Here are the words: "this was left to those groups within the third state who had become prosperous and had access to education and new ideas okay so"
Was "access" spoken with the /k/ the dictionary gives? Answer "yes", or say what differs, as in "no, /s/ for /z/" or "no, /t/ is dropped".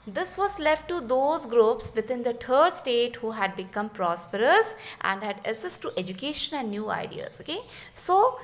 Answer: no, /k/ is dropped